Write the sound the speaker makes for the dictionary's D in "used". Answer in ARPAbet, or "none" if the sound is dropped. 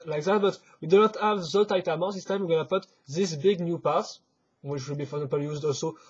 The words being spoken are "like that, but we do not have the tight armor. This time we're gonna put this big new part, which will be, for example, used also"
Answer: D